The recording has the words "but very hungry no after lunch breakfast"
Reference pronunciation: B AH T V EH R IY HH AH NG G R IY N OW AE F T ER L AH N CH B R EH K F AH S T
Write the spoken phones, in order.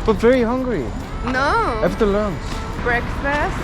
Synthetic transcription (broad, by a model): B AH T V EH R IY HH AH NG G R IY N OW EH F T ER L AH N S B R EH K F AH S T